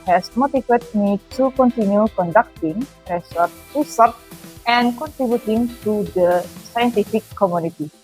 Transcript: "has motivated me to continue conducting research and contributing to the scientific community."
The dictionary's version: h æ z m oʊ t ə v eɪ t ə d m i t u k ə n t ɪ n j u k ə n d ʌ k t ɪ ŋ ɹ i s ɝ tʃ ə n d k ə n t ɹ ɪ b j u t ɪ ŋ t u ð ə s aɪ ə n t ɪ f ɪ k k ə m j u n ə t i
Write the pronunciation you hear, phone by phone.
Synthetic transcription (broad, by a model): h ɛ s m oʊ t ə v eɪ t m i t u k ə n t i n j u k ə n d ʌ k t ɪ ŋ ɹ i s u s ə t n k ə n t ɹ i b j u t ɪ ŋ t u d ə s aɪ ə n t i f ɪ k k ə m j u n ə t i